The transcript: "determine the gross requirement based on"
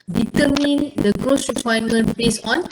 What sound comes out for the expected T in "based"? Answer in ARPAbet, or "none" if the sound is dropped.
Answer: none